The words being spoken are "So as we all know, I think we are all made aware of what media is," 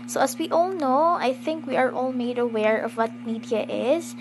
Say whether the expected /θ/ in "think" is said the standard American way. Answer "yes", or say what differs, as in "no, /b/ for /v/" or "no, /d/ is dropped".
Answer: yes